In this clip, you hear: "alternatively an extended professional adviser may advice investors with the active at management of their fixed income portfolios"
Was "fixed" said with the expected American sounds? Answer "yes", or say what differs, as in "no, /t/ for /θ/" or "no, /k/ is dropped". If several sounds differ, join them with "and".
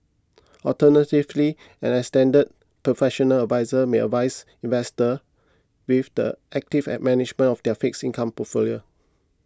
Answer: no, /t/ is dropped